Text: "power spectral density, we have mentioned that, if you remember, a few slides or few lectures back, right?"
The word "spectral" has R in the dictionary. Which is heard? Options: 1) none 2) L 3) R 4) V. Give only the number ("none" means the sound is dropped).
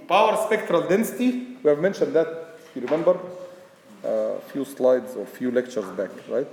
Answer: 3